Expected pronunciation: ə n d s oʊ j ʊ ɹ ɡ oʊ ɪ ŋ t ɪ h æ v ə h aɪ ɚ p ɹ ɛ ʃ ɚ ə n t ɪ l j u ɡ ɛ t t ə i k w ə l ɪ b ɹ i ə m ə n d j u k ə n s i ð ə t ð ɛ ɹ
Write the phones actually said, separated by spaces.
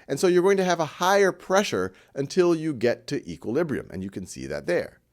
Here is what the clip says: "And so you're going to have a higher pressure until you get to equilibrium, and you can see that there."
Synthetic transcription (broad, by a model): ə n s oʊ j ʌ ɹ ɡ oʊ ɪ ŋ t ɪ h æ v ə h aɪ ɚ p ɹ ɛ ʃ ɚ ə n t ɪ l j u ɡ ɛ t t i k w ə l ɪ b ɹ i ə m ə n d j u k ə n s i ð ə t ð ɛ ɹ